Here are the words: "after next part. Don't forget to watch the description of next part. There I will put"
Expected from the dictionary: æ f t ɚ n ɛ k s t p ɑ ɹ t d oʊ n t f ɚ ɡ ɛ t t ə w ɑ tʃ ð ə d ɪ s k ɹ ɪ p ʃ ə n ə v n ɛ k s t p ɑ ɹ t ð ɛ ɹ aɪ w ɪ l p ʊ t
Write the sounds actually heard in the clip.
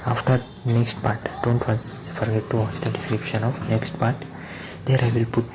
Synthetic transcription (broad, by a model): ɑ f t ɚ n ɛ k s t p ɑ ɹ t d oʊ n t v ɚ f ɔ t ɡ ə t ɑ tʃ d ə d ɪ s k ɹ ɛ ʃ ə n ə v n ɛ k s t p ɑ ɹ t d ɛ ɹ aɪ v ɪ l p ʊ t